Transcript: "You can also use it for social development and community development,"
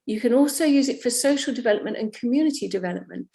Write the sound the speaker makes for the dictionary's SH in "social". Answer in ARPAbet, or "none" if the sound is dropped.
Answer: SH